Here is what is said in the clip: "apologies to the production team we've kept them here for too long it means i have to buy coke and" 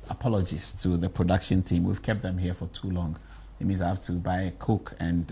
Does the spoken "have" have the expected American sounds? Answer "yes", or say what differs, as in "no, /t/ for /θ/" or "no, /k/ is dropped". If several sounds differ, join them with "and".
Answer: no, /f/ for /v/